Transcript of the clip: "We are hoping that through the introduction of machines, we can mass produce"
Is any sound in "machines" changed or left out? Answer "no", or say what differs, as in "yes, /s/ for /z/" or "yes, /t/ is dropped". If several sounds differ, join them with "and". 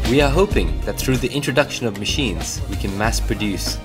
no